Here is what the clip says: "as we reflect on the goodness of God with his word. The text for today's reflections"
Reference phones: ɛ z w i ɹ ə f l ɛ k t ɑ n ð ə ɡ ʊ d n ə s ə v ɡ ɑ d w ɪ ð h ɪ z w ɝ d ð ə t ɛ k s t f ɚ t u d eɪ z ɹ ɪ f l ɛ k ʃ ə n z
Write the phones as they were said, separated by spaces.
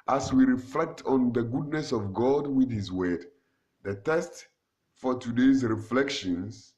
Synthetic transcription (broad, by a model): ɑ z w i ɹ ə f l ɛ k t ɑ n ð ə ɡ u d n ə s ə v ɡ ɑ d w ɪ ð h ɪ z w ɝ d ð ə t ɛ s t f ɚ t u d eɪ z ɹ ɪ f l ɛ k ʃ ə n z